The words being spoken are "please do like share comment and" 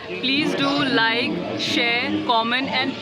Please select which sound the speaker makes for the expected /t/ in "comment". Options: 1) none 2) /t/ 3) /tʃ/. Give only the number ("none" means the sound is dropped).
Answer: 1